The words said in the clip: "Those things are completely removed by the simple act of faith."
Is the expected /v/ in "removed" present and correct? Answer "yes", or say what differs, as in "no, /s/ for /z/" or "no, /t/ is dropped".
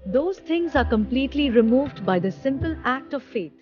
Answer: yes